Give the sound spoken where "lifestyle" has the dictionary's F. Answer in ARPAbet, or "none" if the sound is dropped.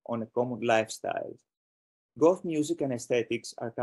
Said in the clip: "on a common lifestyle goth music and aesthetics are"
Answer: F